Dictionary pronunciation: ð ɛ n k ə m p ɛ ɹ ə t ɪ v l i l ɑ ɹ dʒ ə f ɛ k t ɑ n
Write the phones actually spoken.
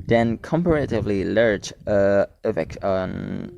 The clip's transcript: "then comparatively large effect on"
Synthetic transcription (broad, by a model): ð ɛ n k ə m p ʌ ɹ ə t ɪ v l i l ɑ ɹ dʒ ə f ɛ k ɑ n